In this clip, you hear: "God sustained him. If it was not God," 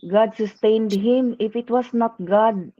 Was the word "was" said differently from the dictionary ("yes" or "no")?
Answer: yes